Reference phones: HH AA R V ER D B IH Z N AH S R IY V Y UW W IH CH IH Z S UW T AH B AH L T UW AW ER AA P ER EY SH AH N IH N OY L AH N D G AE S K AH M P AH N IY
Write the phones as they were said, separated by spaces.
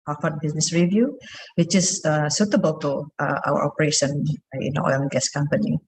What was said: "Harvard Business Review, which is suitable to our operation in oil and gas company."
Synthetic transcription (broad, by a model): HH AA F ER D B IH S N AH S R IY V Y UW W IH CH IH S S UW T AH B AH L T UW AW ER AA P ER EY SH AH N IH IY N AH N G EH S K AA M P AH N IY